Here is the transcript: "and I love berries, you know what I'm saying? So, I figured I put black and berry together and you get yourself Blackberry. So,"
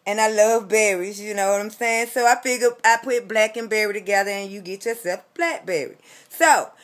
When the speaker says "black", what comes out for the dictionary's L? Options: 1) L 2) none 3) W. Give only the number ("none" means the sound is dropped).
1